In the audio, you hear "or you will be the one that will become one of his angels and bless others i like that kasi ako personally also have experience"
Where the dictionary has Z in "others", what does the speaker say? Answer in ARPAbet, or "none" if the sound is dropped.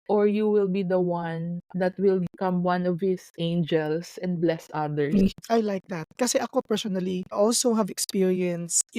none